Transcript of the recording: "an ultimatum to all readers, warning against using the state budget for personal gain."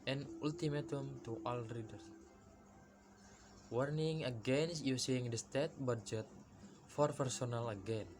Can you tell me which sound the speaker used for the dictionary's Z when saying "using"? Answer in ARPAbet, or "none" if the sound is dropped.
S